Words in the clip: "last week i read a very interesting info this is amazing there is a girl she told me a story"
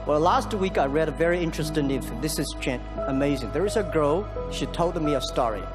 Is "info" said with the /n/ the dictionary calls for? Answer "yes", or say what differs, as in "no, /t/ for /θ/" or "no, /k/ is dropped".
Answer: no, /n/ is dropped